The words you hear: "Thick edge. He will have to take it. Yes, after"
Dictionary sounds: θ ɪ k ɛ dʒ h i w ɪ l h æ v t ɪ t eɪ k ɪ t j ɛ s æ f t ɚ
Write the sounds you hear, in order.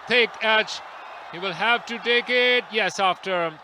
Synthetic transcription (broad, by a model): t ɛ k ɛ tʃ h i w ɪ l h æ v t ɪ t eɪ k ɪ t j ɛ s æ f t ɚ